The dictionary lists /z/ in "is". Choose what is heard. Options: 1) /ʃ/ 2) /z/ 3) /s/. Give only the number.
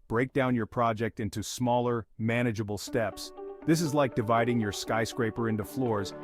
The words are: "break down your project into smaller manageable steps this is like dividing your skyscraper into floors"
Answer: 2